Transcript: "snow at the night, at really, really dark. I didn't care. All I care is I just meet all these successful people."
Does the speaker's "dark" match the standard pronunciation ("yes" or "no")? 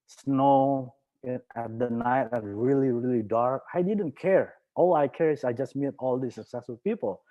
yes